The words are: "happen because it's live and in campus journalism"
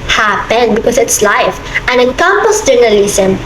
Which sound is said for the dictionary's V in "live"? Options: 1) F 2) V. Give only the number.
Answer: 1